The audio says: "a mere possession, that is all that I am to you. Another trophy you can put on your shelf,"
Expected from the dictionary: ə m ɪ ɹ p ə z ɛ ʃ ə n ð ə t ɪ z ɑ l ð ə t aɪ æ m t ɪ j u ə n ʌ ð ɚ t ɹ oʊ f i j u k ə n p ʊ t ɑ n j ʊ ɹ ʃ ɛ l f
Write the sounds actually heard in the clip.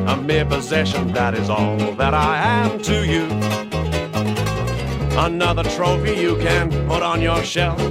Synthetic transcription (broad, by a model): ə m ɪ ɹ p ə z ɛ ʃ ə n ð ə t ɪ z ɑ l ð ə t aɪ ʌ m t ɪ j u ə n ʌ ð ɚ t ɹ oʊ f i j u k ə n p ʊ t n j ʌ ɹ ʃ ɛ l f